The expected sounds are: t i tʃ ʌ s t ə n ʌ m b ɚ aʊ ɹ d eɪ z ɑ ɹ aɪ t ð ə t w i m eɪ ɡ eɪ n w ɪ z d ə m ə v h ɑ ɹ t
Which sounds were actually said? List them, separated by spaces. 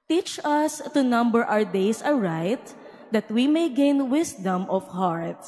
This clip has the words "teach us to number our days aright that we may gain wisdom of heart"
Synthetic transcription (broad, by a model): t i tʃ ʌ s t ə n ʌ m b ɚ aʊ ɹ d eɪ s ɑ ɹ aɪ t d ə t w i m eɪ ɡ eɪ n w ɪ s d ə m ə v h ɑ ɹ t